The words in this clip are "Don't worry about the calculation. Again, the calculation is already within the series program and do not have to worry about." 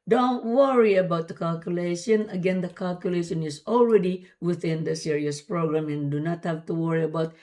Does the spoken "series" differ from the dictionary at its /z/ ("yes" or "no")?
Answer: yes